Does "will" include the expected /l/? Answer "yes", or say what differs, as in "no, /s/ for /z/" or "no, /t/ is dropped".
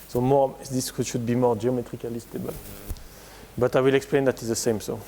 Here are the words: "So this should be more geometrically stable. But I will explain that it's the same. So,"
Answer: yes